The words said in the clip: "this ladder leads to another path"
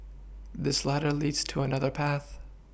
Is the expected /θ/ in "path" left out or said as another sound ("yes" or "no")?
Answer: no